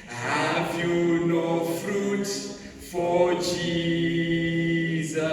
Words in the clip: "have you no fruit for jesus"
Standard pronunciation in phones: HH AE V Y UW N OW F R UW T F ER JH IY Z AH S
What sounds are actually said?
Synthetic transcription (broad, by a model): HH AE V Y UW N OW F R UW T F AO JH IY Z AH